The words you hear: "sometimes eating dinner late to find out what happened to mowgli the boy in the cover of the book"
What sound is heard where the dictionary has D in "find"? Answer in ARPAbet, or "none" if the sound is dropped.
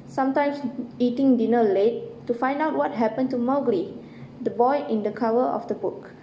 D